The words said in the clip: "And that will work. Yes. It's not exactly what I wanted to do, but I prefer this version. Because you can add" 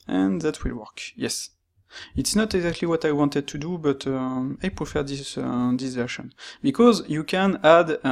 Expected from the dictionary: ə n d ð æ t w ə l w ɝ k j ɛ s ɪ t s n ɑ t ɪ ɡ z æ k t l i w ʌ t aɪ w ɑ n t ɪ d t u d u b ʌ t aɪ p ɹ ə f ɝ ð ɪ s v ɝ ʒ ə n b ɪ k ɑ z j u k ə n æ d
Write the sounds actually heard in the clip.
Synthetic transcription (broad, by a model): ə n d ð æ t w ə l w ɝ k j ɛ s ɪ t s n ɑ t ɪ ɡ z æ k t l i w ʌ t aɪ w ɑ n t ɪ d t u d u b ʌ t aɪ p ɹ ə f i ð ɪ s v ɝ ʃ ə n b ɪ k ɑ z j u k ə n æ d